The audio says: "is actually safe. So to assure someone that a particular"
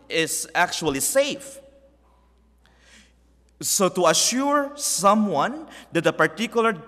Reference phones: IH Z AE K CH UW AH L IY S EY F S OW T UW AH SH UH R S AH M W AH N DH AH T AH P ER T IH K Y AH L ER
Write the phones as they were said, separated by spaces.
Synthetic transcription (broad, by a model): IH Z AE K CH UW AH L IY S EY F S OW T UW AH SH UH R S AH M W AH N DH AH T AH P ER T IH K Y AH L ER